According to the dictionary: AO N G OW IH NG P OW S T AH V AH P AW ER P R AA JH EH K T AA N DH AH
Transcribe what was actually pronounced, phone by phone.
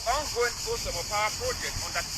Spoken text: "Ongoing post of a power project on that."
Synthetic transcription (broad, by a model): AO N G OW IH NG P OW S AH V AH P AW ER P R AA JH EH K T AA N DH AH